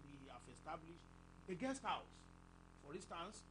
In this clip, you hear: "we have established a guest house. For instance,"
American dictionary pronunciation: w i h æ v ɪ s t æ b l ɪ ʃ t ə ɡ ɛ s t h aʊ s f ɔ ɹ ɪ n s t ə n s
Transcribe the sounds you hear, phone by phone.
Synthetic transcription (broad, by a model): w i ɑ f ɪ s t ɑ b l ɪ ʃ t ə ɡ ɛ s t h aʊ s f ɔ ɹ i n s t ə n s